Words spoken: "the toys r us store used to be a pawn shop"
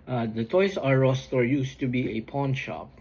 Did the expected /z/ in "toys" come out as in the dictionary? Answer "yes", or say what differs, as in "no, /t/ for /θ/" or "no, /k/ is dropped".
no, /s/ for /z/